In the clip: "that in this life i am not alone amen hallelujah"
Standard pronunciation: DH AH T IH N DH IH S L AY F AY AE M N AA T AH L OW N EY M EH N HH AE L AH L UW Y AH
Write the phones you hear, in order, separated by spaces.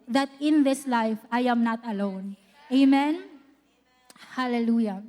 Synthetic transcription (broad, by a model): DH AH T IH N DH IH S L AY F AY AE M N AA T AH L OW N EY M EH N HH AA L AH L UW Y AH